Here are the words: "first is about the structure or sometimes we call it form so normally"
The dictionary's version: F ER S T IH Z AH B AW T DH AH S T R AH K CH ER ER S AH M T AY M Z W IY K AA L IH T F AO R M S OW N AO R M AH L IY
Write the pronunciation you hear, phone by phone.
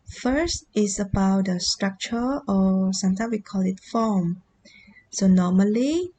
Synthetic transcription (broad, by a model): F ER S T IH S AH B AW T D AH S T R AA K CH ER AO S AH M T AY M S W IY K AA L IH T F AO M S OW N AO M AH L IY